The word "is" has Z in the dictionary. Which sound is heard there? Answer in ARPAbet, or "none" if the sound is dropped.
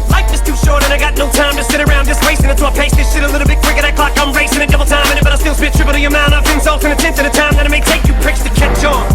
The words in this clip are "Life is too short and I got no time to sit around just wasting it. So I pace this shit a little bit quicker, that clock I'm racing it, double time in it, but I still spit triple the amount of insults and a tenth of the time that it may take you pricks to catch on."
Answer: S